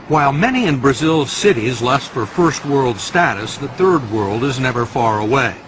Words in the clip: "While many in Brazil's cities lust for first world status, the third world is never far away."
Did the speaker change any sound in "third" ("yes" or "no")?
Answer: no